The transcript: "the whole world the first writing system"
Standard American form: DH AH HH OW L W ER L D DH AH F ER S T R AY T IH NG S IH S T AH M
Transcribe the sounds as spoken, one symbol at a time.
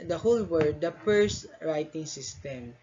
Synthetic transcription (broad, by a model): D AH HH OW L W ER D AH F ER S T R AY T IH NG S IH S T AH M